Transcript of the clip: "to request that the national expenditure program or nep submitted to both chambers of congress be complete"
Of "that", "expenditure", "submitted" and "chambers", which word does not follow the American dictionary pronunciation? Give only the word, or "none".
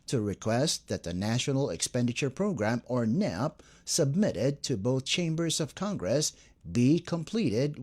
none